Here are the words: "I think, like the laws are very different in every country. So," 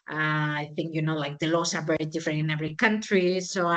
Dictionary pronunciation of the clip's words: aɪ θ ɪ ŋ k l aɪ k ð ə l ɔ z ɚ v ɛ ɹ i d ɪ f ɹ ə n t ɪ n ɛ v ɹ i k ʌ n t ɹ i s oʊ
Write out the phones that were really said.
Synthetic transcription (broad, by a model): aɪ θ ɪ ŋ k l aɪ k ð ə l ɔ s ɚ b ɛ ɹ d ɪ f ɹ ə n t ɪ n ɛ v ɹ i k ʌ n t ɹ i s oʊ